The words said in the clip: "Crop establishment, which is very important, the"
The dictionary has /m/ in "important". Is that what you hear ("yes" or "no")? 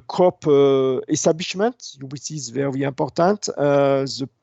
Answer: no